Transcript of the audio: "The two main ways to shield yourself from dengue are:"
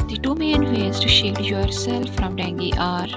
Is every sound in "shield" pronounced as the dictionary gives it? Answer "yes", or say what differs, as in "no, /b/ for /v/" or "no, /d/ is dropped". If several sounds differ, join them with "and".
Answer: no, /l/ is dropped